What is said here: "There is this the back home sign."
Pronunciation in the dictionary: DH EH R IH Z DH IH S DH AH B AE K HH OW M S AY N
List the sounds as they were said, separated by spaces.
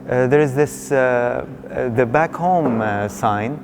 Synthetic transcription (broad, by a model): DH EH R IH Z DH IH S DH AH B AE K HH OW M S AY N